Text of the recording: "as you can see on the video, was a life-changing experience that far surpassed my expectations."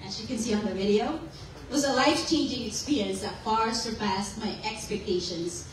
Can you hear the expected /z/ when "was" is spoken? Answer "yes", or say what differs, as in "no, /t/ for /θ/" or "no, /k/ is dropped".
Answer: yes